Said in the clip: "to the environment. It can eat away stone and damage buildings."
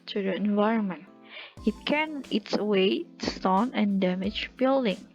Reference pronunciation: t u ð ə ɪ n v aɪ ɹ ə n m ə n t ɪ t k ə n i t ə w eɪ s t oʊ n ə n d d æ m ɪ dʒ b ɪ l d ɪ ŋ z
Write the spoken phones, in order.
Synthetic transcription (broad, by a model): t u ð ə ɪ n v aɪ ɹ ə n m ə n t ɪ t k ə n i t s w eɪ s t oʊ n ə n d d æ m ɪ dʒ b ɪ l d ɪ ŋ